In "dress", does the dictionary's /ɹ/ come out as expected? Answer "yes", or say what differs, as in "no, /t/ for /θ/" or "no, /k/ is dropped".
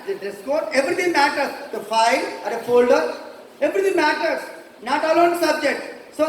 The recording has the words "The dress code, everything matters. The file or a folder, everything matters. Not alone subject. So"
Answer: no, /ɹ/ is dropped